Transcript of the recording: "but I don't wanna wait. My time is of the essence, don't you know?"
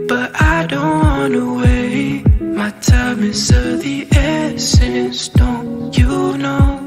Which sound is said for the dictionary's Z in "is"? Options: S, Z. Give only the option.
S